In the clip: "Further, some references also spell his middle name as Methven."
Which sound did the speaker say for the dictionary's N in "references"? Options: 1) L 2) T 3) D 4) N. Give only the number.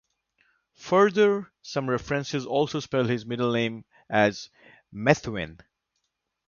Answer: 4